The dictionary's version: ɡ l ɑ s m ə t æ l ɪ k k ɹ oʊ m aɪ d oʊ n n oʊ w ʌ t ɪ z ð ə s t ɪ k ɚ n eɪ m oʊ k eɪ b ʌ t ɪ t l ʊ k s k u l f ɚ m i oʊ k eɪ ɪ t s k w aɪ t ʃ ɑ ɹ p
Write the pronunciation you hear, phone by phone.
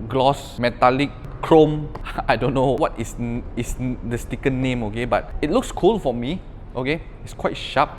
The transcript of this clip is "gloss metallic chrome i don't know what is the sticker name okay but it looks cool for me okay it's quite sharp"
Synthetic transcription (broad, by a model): ɡ l ɑ s m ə t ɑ l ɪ k k ɹ oʊ m aɪ d oʊ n n oʊ w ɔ t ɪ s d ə s t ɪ k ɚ n eɪ m oʊ k eɪ b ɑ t ɪ t l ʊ k s k u l f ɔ m i oʊ k eɪ ɪ t s k w aɪ t ʃ ɑ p